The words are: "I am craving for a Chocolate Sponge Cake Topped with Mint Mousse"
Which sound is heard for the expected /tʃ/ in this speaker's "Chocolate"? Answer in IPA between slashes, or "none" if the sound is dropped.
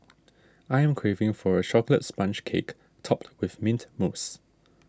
/ʃ/